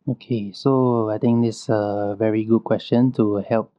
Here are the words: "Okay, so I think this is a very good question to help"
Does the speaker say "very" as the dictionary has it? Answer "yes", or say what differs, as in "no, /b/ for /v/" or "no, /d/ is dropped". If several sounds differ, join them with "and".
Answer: yes